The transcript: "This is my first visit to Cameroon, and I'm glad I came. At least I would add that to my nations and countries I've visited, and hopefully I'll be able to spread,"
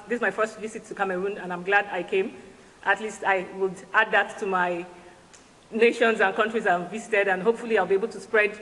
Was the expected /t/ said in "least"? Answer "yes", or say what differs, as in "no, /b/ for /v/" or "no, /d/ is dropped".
yes